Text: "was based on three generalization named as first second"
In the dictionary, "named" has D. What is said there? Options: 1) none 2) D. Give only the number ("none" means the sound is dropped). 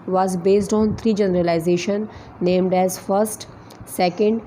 2